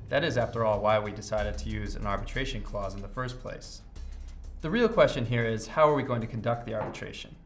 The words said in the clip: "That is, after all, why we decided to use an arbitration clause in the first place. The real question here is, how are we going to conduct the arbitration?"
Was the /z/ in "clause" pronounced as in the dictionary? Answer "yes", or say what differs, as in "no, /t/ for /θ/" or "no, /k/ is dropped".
yes